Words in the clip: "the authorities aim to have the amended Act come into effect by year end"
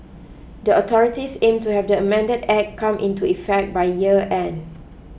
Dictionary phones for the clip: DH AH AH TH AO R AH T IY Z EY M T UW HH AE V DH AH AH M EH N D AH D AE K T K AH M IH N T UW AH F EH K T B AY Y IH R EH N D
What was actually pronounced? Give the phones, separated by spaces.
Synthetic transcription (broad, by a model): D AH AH T AO R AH T IY S EY M T UW HH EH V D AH AH M EH N D AH D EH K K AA M IH N T UW AH F EH K T B AY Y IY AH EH N